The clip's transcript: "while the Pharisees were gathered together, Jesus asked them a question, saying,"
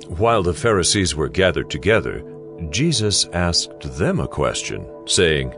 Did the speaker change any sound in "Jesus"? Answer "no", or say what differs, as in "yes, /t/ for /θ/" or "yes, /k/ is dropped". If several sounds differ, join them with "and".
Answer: no